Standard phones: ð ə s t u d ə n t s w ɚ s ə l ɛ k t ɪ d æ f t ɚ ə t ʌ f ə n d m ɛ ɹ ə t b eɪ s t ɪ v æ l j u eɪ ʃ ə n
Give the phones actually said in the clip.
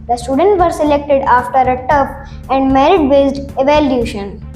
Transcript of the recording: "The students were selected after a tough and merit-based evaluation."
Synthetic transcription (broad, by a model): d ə s t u d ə n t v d s ə l ɛ k t ɪ d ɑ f t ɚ ə t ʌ p ə n d m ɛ ɹ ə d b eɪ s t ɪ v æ l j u ʃ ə n